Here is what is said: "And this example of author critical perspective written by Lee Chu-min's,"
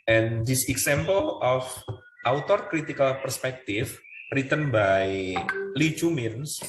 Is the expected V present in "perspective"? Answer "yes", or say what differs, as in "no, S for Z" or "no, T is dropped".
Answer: no, F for V